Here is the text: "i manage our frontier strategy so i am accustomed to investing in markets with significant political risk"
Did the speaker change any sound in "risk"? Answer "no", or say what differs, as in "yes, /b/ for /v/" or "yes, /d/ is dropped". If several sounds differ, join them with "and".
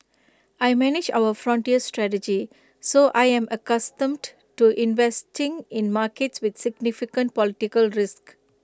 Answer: no